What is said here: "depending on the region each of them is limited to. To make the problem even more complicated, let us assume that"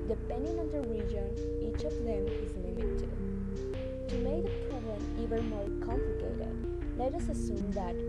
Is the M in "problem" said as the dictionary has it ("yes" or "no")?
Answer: no